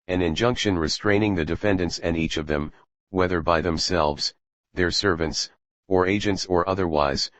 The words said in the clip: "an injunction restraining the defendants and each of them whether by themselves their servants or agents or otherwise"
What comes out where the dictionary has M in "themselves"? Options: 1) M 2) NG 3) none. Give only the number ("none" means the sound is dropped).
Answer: 1